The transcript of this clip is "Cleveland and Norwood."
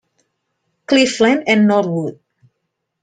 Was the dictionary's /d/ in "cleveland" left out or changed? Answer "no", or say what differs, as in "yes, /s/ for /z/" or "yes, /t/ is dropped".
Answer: yes, /d/ is dropped